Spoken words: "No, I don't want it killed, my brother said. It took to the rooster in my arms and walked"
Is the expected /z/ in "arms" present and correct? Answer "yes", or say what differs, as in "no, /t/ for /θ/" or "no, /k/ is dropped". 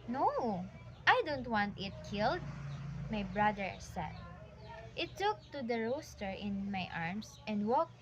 no, /s/ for /z/